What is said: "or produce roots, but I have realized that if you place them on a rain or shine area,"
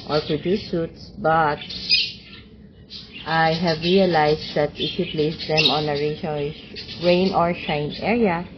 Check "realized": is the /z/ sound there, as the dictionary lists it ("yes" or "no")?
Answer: no